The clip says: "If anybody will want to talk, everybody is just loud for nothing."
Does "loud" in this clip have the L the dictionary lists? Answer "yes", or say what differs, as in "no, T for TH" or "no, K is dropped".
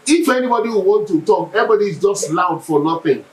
yes